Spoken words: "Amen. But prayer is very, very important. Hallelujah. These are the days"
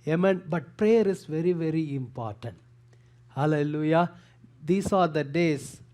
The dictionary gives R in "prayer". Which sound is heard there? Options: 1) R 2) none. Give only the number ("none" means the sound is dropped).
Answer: 1